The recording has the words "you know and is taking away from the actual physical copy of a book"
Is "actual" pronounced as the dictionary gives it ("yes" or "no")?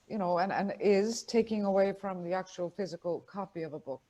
yes